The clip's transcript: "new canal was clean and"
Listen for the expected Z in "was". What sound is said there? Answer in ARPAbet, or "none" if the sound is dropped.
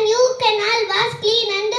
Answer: S